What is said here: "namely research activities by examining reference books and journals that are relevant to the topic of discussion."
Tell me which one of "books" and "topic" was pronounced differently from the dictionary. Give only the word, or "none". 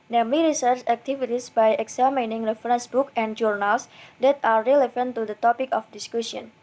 books